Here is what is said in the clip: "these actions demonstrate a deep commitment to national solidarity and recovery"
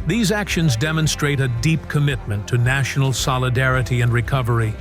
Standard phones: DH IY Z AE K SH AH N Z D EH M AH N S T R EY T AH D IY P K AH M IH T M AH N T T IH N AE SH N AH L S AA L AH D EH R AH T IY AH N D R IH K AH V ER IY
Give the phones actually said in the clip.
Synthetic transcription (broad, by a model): DH IY Z AE K SH AH N Z D EH M AH N S T R EY T AH D IY P K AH M IH T M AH N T T IH N AE SH N L S AA L AH D EH R AH T IY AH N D R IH K AH V ER IY